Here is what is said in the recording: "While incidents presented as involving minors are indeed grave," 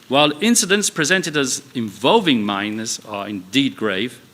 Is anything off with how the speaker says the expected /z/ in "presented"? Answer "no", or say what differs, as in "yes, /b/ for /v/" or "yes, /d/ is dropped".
no